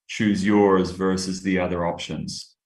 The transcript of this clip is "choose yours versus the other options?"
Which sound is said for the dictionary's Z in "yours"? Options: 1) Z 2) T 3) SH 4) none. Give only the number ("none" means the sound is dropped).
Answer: 1